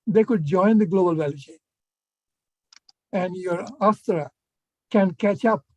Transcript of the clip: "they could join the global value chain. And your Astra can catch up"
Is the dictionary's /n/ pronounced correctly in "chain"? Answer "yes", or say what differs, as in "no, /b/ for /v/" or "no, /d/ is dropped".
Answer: no, /n/ is dropped